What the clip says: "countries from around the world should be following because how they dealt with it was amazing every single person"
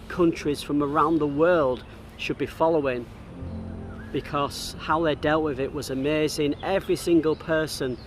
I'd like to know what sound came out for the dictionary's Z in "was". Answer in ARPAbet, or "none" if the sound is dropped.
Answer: Z